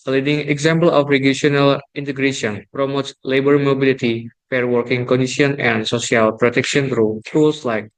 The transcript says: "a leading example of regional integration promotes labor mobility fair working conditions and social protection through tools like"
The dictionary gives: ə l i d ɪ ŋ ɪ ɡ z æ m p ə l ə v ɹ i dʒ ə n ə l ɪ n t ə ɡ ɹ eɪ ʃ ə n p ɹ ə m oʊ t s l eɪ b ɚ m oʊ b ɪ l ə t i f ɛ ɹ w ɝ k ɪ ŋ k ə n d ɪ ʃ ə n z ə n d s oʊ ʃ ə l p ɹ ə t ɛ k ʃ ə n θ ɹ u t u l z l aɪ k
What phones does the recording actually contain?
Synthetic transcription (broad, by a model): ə l i d ɪ ŋ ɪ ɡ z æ m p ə l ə f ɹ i ʃ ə n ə l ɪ n t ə ɡ ɹ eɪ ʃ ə n p ɹ ə m oʊ t s l eɪ b ɚ m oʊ b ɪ l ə t i f ɛ ɹ w ɝ k ɪ ŋ k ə n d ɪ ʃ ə n ə n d s oʊ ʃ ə l p ɹ ə t ɛ k ʃ ə n t ɹ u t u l s l aɪ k